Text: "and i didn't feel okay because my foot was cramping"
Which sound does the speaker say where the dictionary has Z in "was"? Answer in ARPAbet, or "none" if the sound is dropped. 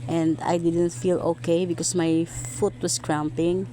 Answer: S